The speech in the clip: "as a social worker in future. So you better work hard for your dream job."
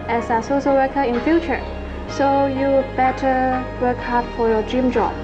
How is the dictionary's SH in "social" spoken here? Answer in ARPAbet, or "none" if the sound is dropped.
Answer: S